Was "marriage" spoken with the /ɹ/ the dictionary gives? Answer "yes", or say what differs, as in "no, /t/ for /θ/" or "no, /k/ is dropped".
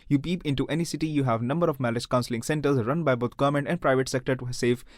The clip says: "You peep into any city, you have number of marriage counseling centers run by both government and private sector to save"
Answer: no, /l/ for /ɹ/